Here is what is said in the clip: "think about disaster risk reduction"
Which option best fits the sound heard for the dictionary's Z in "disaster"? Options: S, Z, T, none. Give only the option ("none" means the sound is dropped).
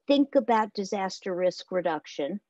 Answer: Z